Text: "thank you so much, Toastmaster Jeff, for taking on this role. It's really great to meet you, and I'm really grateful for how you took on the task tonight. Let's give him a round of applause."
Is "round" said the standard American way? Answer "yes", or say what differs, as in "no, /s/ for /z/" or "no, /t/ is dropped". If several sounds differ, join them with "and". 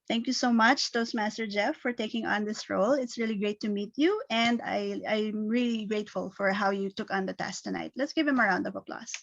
yes